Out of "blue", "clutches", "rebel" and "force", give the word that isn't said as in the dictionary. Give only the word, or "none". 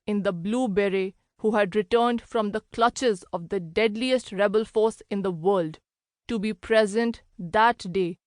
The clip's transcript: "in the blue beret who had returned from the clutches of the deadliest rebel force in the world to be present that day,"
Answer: none